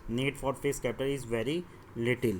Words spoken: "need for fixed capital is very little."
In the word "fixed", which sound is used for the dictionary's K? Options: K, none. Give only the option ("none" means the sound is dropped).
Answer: none